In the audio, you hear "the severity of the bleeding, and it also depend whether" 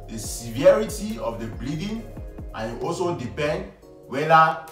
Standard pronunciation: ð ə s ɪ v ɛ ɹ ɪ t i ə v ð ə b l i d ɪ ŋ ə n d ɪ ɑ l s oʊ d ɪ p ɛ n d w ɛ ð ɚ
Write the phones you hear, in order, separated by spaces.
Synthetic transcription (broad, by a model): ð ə s ɪ v ɛ ɹ ɪ t i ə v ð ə b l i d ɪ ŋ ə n ɪ ɑ l s oʊ d ɪ p ɛ n d w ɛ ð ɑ